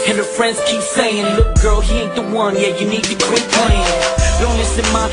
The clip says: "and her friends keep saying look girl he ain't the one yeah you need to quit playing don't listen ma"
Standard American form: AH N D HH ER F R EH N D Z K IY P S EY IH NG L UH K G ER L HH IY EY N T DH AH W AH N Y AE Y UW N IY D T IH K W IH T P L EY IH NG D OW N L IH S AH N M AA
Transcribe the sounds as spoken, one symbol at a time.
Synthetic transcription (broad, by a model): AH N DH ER F R EH N D Z K IY P S EY IH NG L UH K G ER L HH IY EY T DH AH W AH N Y AE Y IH N IY D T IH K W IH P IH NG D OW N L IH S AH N M AA